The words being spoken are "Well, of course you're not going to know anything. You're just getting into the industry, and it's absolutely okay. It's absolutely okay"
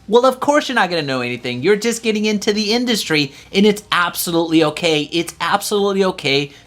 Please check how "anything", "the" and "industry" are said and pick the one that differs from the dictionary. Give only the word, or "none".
none